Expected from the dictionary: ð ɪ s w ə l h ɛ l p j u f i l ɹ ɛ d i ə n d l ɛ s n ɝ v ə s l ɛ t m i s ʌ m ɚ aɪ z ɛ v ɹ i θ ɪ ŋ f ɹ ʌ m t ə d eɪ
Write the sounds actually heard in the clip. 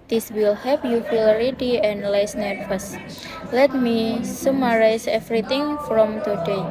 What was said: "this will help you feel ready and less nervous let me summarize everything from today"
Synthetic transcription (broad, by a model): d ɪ s w ə l h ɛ p j u f i l ɹ ɛ d i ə n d l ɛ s n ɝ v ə s l ɛ t m i s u m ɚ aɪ s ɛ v ɹ i t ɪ ŋ f ɹ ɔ m t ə d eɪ